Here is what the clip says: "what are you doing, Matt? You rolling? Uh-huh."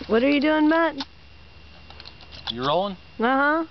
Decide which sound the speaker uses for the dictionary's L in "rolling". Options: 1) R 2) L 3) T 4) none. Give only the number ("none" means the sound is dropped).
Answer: 4